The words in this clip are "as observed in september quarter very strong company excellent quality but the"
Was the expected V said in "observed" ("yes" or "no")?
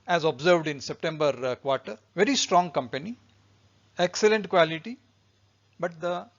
yes